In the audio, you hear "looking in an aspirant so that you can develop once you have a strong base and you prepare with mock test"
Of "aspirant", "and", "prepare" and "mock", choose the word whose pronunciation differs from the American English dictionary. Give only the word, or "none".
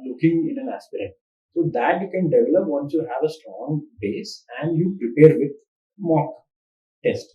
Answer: aspirant